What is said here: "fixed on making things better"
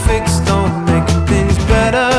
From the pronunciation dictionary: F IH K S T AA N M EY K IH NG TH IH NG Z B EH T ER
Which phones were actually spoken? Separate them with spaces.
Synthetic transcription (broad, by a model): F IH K S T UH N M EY IH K TH IH NG Z B EH T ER